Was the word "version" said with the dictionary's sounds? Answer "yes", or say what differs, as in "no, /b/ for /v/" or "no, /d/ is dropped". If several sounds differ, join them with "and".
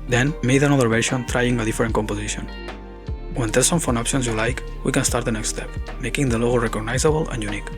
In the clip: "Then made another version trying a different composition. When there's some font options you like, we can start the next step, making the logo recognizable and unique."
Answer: no, /ʃ/ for /ʒ/